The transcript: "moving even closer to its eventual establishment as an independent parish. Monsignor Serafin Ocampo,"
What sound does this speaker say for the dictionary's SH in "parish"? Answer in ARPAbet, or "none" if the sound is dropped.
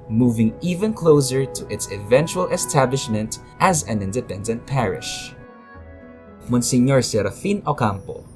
SH